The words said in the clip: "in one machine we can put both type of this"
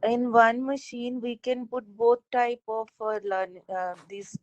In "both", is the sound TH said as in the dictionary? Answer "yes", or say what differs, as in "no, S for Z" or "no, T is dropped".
no, T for TH